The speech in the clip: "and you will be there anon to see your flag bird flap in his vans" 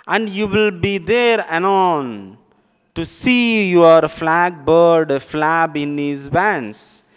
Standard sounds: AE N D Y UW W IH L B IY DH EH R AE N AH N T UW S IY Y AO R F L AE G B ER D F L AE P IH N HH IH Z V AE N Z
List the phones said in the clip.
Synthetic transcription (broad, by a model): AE N D Y UW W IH L B IY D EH R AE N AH N T UW S IY Y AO R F L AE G B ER D F L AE B IH N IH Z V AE N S